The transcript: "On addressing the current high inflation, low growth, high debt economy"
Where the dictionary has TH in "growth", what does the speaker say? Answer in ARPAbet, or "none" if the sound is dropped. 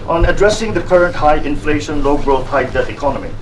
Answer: T